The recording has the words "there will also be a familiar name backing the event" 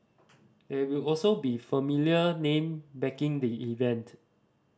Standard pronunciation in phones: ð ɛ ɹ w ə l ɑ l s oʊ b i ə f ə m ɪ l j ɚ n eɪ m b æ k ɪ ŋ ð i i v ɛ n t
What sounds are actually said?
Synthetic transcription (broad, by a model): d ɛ w ə l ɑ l s oʊ b i f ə m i l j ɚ n eɪ m b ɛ k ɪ ŋ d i i v ɛ n t